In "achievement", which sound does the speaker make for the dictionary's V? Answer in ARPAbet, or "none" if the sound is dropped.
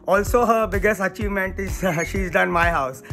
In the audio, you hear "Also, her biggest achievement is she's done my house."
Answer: V